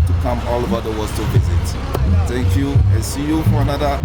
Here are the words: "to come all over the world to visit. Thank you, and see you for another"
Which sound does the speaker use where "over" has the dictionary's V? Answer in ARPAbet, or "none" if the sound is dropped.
B